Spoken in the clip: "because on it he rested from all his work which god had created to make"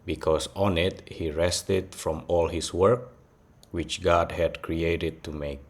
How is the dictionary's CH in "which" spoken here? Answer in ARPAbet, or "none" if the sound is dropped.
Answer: CH